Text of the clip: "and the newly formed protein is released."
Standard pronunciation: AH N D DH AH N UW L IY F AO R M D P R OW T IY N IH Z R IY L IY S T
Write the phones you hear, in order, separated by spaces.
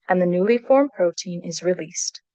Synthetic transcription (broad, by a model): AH N DH AH N UW L IY F AO R M P R OW T IY N IH Z R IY L IY S T